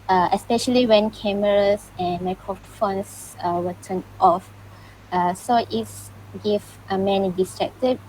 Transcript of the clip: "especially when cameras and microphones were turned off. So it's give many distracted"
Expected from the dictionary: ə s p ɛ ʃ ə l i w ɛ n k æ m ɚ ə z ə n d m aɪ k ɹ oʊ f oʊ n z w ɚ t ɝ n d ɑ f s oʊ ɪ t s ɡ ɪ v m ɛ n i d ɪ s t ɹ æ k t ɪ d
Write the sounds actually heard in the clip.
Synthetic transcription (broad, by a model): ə s p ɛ ʃ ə l i w ɛ n k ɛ m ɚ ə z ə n m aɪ k ɹ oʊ f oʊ n s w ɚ t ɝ n ɑ f s oʊ ɪ t s ɡ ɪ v m ɛ n i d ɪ s t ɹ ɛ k t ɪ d